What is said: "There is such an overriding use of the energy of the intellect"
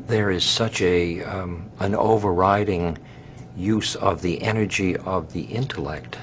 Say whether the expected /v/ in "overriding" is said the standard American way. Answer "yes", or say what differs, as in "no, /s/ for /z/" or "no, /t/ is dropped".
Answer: yes